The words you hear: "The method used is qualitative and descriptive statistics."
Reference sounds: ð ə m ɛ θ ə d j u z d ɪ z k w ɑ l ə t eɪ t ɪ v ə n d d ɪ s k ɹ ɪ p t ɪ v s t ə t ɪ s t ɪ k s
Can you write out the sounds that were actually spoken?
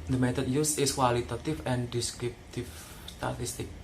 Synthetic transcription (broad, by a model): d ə m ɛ t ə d j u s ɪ s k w ɑ l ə t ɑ t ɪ f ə n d d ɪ s k ɹ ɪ p t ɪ f s t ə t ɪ s t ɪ k